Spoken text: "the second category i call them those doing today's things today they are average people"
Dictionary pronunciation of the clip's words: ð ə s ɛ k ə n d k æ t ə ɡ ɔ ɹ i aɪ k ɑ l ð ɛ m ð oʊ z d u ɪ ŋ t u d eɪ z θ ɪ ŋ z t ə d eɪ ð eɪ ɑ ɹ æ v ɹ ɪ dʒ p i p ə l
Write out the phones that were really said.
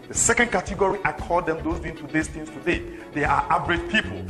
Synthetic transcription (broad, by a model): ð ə s ɛ k ə n d k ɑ t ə ɡ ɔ ɹ i aɪ k ɑ l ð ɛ m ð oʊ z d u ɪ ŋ t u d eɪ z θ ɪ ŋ s t ə d eɪ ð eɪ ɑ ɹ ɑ b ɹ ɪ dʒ p i p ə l